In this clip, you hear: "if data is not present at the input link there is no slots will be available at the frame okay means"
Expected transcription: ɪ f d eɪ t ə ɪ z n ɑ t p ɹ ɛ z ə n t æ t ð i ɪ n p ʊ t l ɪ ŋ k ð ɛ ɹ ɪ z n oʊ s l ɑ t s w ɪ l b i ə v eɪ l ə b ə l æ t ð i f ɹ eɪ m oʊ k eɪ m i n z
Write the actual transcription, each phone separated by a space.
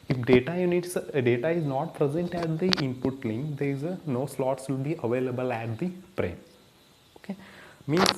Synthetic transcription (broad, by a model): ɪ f d eɪ t ə ɪ z n ɑ t p ɹ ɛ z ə n t æ t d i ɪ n p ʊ t l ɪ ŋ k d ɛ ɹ ɪ z n oʊ s l ɑ t s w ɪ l b i ə v eɪ l ə b ə l æ t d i p ɹ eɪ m oʊ k eɪ m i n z